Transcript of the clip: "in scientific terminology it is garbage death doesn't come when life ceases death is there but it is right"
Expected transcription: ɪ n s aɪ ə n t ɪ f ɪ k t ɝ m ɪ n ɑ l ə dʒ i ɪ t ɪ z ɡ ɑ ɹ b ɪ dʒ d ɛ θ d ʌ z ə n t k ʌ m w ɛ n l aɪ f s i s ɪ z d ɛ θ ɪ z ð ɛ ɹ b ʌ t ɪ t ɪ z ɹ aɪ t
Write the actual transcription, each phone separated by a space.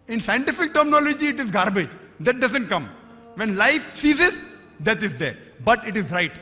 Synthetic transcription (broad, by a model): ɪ n s aɪ ə n t ɪ f ɪ k t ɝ m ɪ n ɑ l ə dʒ i ɪ t ɪ z ɡ ɑ ɹ b ɪ dʒ d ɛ t d ʌ z ə n t k ʌ m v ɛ n l aɪ f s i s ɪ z d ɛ t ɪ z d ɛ ɹ b ʌ t ɪ t ɪ z ɹ aɪ t